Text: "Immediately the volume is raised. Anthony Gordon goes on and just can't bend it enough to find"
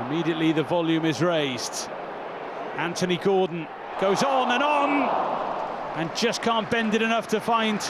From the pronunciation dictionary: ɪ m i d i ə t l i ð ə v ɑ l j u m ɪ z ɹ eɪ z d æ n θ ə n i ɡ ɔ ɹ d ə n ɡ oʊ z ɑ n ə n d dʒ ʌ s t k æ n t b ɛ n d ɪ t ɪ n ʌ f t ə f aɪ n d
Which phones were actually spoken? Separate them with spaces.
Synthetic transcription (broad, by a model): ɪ m i d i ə t l i ð ə v ɑ l j u m ɪ z ɹ eɪ z d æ n t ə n i ɡ ɔ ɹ d n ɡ oʊ z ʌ n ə n dʒ ʌ s k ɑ n b ɛ n d ɪ t ɪ n ʌ f t ə f aɪ n